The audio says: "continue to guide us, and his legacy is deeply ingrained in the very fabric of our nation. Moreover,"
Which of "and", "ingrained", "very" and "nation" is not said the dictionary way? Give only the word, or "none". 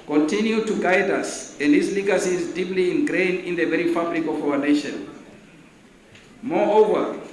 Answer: ingrained